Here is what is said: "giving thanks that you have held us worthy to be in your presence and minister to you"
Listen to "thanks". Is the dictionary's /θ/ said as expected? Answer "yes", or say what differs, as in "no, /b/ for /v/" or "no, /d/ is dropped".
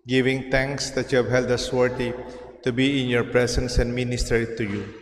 no, /t/ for /θ/